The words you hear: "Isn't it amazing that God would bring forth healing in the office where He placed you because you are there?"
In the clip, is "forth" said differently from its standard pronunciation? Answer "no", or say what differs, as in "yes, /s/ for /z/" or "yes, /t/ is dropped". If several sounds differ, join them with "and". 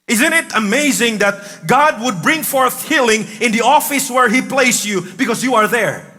no